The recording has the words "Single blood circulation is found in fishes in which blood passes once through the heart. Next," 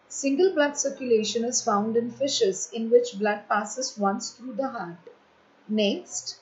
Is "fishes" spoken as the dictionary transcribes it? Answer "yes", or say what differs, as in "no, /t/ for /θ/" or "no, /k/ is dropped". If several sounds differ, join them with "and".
yes